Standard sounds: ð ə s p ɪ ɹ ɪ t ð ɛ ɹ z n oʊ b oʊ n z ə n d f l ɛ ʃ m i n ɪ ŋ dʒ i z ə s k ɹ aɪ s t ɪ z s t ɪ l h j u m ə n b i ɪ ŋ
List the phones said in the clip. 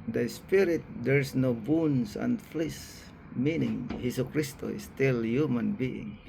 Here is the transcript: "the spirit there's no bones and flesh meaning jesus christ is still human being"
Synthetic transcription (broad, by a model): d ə s p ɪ ɹ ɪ t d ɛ ɹ s n oʊ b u n s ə n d f l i s m i n ɪ ŋ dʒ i s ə k ɹ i s t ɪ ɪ s t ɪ l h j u m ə n b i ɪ ŋ